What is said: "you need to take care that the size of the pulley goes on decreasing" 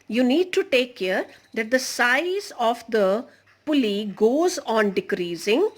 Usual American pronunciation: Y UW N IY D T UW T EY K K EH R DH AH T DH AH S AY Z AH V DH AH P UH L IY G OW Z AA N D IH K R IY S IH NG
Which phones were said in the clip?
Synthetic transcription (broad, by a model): Y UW N IY D T UW T EY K K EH R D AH T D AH S AY Z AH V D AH P UH L IY G OW Z AA N D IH K R IY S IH NG